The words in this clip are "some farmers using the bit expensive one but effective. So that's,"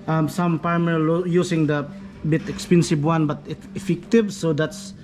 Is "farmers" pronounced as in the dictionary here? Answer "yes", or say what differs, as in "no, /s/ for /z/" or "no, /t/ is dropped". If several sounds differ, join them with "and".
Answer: no, /p/ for /f/